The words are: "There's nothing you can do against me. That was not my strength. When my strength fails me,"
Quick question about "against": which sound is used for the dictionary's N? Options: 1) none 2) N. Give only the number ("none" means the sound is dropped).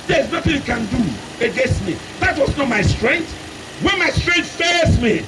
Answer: 2